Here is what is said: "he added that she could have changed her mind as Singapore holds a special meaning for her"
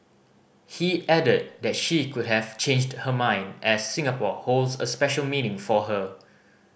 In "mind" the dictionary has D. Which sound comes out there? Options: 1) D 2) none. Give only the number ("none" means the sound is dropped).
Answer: 1